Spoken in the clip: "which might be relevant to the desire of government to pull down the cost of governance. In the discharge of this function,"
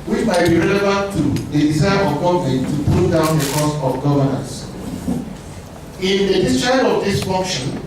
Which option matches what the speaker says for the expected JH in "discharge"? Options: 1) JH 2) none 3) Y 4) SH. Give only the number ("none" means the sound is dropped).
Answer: 2